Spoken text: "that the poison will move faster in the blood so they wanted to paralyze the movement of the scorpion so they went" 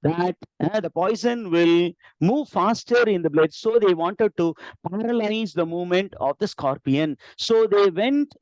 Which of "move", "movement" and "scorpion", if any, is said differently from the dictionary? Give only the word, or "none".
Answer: none